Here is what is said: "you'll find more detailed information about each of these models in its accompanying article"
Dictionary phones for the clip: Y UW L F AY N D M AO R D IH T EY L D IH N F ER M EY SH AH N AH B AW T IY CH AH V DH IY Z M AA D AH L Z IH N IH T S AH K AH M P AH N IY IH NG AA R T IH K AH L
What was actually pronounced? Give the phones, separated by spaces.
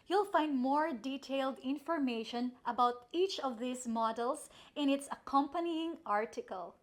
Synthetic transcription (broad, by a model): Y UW L F AY N D M AO R D IH T EY L D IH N F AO M EY SH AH N AH B AW T IY CH AH V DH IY S M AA D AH L S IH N IH T S AH K AH M P AH N IY IH NG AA R T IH K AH L